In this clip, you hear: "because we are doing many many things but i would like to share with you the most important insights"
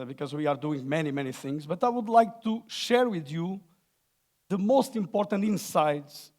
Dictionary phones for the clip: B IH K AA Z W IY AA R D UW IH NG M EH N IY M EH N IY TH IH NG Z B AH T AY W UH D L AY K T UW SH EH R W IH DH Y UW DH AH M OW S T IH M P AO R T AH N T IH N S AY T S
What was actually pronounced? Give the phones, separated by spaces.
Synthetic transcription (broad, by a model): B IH K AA Z W IY AA R D UW IH NG M EH N IY M EH N IY TH IH NG Z B AH T AY W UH D L AY K T UW SH EH R W IH DH Y UW DH AH M OW S T IH M P AO R T AH N T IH N S AY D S